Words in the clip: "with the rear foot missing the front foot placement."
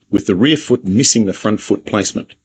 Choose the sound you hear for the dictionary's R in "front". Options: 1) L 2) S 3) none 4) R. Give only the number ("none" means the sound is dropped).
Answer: 4